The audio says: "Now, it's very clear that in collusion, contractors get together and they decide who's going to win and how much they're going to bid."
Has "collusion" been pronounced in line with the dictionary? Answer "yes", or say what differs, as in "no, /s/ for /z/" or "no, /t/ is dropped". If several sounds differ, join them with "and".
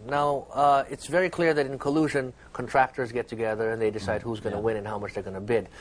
yes